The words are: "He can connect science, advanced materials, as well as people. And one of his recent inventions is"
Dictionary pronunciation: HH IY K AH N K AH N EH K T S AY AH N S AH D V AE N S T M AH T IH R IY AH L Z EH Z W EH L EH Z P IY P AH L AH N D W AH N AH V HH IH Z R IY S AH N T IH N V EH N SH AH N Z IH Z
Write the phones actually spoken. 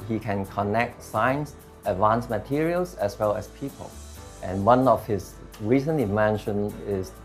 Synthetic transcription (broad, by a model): HH IY K AH N K AH N EH K T S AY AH N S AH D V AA N S M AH T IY R IY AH L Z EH S W EH L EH S P IY P AH L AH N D W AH N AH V HH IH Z R IY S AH N IH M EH N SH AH N IH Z